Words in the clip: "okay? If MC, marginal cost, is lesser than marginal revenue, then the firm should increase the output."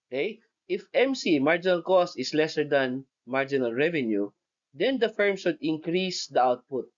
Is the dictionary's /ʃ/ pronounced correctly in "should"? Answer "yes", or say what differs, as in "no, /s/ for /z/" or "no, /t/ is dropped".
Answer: no, /s/ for /ʃ/